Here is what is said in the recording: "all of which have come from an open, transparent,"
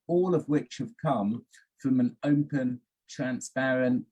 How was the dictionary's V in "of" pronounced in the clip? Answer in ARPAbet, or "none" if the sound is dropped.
V